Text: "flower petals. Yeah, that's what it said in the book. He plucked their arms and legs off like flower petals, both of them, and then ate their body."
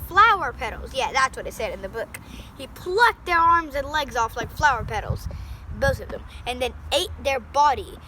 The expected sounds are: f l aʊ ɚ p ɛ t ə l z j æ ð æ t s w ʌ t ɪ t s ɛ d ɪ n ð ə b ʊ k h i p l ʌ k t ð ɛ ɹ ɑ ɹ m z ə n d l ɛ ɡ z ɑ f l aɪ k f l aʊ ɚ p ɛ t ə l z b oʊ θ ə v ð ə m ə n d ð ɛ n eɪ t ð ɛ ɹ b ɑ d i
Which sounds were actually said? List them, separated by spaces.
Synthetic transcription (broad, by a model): f l aʊ ɚ p ɛ t l z j æ ð æ t s w ʌ t ɪ t s ɛ d ɪ n ð ə b ʊ k h i p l ʌ k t ð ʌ ɹ ɑ ɹ m z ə n l ɛ ɡ z ɑ f l aɪ k f l aʊ ɚ p ɛ t l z b oʊ θ ə v ð ə m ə n ð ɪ n eɪ t ð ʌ ɹ b ɑ d i